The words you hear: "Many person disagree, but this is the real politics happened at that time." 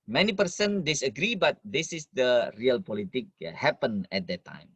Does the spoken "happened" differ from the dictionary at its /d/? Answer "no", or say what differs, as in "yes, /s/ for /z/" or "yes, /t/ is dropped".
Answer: yes, /d/ is dropped